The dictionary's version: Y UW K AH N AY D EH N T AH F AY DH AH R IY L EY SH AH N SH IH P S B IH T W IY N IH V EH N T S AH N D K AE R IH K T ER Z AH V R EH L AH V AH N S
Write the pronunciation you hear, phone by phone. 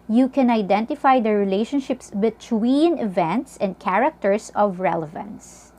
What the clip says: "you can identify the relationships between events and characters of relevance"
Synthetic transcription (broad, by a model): Y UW K AH N AY D EH N T AH F AY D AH R IY L EY SH AH N SH IH P S B IH T W IY N IH V EH N T S AH N D K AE R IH K T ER S AH V R EH L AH V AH N S